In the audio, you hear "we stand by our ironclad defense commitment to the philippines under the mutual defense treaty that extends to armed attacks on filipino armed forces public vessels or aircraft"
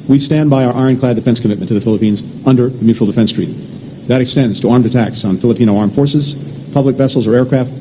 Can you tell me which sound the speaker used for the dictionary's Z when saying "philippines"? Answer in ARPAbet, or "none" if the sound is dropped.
Z